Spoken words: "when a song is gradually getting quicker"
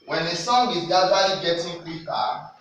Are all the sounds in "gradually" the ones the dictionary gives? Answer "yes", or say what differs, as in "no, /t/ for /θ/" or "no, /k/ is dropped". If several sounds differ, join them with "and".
no, /ɹ/ is dropped